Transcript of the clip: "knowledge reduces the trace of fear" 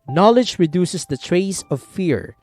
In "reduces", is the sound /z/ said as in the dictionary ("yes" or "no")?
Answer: no